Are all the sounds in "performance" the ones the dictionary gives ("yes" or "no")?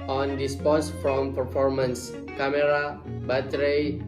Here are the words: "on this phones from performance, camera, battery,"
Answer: yes